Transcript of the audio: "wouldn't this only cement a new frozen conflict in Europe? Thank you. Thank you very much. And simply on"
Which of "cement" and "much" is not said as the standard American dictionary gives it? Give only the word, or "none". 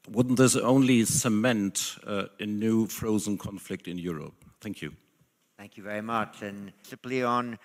none